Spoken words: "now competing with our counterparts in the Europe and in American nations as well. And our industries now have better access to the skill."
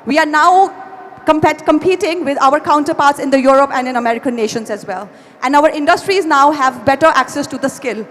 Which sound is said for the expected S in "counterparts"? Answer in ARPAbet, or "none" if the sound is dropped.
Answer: S